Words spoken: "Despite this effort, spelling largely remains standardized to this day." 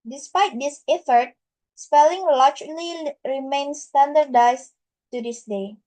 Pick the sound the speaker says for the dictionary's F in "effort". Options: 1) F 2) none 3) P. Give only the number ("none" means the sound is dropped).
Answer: 1